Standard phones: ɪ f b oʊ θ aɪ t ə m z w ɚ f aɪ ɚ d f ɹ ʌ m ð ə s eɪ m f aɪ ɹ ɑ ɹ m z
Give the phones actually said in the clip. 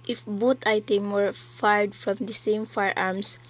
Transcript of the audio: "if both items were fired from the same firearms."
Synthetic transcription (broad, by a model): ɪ f b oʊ t aɪ t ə m w ɚ f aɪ d f ɹ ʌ m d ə s eɪ m f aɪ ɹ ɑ ɹ m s